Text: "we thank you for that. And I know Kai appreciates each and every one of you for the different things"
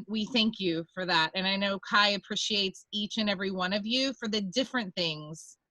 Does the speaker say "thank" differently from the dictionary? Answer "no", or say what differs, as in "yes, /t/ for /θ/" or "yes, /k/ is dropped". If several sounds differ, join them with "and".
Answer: no